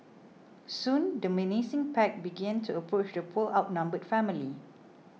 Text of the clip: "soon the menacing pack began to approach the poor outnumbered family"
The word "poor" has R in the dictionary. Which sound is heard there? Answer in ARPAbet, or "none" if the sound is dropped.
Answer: L